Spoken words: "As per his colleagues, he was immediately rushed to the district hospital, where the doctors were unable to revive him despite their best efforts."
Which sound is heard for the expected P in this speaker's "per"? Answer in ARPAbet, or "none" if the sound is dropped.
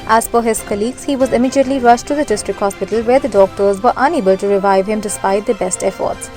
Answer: F